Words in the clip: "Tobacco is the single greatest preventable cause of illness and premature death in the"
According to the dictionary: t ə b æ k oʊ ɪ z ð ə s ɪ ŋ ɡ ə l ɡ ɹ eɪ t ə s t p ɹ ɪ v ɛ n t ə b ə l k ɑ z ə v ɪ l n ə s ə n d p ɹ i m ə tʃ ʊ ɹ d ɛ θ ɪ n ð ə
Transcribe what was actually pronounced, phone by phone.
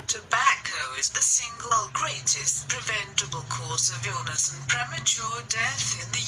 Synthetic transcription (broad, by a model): t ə b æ k oʊ ɪ z ð ə s ɪ ŋ ɡ ə l ɡ ɹ eɪ t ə s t p ɹ ɪ v ɛ n t ə b ə l k ɑ s ə v ɪ l n ə s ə n p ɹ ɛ m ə tʃ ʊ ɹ d ɛ θ ɪ n ð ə